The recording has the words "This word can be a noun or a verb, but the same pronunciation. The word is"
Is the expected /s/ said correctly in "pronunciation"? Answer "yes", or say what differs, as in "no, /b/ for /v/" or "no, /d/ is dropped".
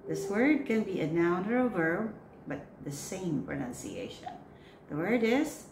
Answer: yes